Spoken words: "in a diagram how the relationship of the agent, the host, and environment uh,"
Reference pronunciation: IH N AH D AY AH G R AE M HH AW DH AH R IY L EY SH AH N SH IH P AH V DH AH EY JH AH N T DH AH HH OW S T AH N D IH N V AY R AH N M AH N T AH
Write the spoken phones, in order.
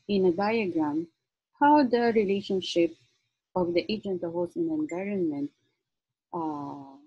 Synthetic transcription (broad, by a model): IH N AH D AY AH G R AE M HH AW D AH R IY L EY SH AH N SH IH P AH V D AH EY JH AH N T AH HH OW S AH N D IH N V AY R AH N M AH N T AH